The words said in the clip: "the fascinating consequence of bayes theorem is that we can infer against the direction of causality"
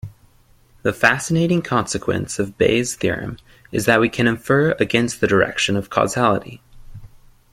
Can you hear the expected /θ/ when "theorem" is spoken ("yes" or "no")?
yes